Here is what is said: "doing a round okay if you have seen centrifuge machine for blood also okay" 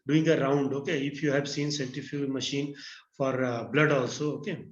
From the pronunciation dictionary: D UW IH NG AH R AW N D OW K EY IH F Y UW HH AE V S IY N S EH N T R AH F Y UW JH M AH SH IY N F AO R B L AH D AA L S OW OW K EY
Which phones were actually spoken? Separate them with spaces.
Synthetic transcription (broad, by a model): D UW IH NG AH R AW N D OW K EY IH F Y UW HH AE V S IY N S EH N T AH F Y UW M AH SH IY N F AO R B L AH D AA L S OW OW K EY